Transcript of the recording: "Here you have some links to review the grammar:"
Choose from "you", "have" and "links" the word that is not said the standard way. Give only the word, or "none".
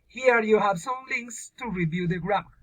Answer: none